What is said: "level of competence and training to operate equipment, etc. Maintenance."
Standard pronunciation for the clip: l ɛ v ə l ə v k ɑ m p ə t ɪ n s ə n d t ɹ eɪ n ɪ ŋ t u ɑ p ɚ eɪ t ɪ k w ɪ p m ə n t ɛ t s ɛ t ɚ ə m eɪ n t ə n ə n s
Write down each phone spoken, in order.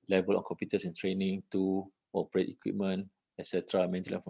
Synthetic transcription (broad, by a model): l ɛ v ə l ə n k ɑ m p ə t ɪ s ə n t ɹ eɪ n ɪ ŋ t u ɑ p ɚ eɪ t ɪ k w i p m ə n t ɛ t s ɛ t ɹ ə m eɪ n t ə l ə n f